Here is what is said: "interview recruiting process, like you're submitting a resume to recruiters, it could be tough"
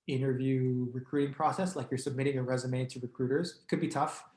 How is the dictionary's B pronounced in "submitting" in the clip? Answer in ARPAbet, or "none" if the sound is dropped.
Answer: B